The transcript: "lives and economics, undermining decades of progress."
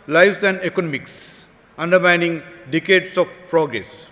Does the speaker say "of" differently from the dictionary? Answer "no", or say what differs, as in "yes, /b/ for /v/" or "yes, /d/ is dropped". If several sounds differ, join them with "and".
yes, /f/ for /v/